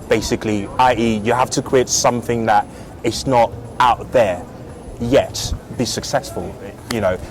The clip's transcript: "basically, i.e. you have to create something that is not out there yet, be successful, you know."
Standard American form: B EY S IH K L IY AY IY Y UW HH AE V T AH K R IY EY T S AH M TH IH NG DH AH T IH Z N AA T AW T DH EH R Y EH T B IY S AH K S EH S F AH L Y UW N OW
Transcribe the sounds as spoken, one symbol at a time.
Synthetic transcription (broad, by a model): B EY S IH K L IY AY IY Y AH HH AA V T AH K W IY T S AH M TH IH NG DH AH T IH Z N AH T AW T DH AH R Y EH T B IY S AH K S EH S F AH L Y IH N OW